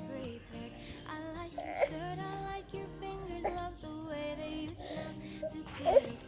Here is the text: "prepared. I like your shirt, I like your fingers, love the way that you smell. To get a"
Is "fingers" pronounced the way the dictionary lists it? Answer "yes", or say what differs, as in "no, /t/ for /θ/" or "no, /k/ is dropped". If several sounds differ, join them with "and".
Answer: yes